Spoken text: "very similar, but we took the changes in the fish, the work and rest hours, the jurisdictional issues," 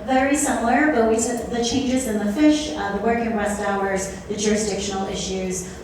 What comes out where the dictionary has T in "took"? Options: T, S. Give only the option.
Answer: S